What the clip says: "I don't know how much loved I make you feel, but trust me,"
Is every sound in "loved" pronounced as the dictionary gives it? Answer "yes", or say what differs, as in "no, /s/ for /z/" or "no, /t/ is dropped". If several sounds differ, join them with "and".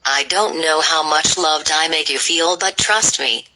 yes